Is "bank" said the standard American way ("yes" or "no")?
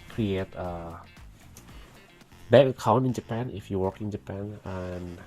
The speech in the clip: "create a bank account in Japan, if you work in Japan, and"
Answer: no